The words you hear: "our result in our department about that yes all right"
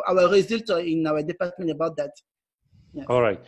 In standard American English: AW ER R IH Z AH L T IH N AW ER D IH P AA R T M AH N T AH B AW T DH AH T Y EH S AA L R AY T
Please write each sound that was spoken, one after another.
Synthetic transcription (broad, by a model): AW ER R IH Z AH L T IH N AW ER D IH P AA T M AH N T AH B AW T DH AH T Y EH AA L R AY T